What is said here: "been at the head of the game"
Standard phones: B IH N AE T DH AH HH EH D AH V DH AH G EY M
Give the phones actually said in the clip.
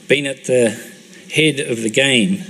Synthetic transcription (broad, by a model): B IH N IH T DH AH HH EH D AH V DH AH G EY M